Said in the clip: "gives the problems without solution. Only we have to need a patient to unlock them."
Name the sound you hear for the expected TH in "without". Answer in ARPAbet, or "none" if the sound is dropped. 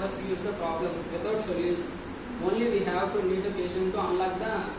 T